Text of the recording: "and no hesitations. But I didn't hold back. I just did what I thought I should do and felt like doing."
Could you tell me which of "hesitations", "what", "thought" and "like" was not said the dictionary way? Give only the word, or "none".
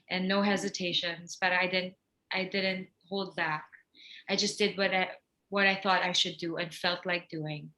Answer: none